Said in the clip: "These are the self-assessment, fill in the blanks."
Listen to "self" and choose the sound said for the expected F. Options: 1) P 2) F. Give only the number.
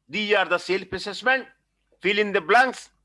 1